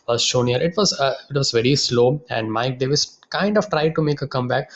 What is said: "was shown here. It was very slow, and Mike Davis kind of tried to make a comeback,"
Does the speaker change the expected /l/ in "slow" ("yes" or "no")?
no